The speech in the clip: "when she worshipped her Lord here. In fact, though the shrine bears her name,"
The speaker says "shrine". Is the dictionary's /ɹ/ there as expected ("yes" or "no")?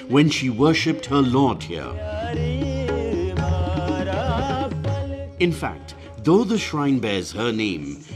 yes